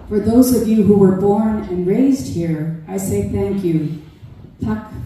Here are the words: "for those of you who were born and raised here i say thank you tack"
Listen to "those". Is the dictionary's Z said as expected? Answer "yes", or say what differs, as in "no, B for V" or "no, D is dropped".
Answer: yes